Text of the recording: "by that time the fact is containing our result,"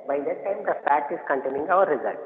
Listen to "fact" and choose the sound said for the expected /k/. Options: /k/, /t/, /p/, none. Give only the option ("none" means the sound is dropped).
none